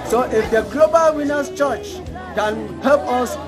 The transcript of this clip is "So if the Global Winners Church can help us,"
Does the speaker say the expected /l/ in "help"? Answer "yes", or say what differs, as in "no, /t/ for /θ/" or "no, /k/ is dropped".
no, /l/ is dropped